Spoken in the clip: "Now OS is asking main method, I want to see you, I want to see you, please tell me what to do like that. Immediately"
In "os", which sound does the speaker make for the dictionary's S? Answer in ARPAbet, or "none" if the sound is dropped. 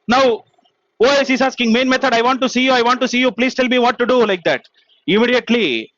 SH